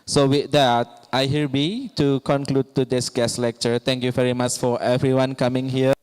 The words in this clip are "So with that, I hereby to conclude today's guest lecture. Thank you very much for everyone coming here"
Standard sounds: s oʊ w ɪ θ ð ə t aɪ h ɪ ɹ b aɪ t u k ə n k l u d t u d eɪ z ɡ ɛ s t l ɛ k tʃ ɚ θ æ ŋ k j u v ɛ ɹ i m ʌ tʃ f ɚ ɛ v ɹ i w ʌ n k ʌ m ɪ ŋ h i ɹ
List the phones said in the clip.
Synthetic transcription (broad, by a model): s oʊ w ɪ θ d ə t aɪ h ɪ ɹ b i t u k ə n k l u d t u d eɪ s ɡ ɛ s l ɛ k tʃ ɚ t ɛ ŋ k j u v ɛ ɹ i m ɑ tʃ f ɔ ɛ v ɹ i w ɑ n k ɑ m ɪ ŋ h i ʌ